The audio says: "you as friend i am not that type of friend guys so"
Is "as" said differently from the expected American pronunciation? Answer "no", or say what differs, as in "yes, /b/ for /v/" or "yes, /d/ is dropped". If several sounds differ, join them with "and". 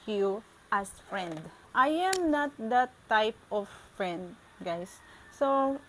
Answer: yes, /s/ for /z/